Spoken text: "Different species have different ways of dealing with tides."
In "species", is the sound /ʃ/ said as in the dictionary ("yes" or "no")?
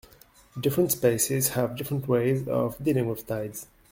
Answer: no